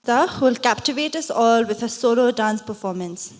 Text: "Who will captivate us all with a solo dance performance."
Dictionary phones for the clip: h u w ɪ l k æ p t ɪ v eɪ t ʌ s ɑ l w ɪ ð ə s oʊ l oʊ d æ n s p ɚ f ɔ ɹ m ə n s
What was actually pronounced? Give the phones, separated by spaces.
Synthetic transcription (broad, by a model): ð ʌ w ɪ l k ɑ p t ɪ v eɪ t ʌ s ɑ l w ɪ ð ə s oʊ l oʊ d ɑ n s p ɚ f ɔ m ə n s